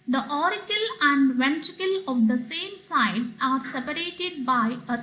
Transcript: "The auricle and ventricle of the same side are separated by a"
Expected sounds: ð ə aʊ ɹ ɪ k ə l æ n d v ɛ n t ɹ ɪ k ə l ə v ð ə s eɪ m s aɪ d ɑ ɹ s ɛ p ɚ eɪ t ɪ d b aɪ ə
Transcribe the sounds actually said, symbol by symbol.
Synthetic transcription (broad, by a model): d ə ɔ ɹ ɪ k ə l æ n d v ɛ n t ɹ ɪ k ə l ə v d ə s eɪ m s aɪ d ɑ ɹ s ɛ p ɚ eɪ t ɪ d b aɪ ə